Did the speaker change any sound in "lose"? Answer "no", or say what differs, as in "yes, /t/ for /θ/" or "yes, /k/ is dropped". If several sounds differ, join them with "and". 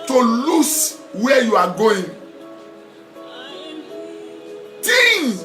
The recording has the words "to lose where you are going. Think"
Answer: yes, /s/ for /z/